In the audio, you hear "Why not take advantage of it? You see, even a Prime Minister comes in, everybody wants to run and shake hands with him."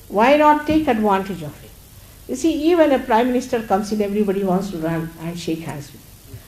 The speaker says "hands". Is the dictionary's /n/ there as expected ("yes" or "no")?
no